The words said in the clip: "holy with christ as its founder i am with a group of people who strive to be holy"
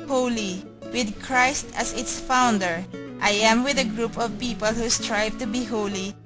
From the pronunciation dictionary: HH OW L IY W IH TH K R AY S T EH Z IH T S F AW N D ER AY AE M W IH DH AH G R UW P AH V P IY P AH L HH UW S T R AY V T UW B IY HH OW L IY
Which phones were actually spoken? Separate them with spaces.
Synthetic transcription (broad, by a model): HH OW L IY W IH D K R AY S T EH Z IH T S F AW N D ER AY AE M W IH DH AH G R UW P AH V P IY P AH L HH UW S T R AY V T UW B IY HH OW L IY